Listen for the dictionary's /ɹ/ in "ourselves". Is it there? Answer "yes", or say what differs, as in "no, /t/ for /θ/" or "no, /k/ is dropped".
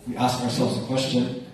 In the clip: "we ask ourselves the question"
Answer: yes